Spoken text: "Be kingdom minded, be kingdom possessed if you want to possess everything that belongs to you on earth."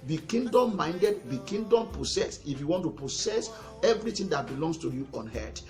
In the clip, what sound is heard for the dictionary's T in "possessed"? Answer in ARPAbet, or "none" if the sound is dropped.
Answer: none